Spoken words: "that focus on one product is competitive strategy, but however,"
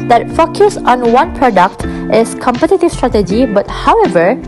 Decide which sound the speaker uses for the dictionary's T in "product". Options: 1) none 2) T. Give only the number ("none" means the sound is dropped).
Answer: 2